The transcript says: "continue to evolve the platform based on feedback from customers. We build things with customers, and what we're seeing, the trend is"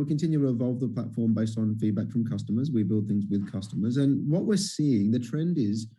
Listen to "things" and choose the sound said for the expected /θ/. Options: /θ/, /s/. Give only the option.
/θ/